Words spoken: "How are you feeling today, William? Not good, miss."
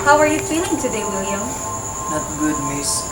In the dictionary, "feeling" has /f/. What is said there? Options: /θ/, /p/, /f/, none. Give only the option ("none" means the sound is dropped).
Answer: /p/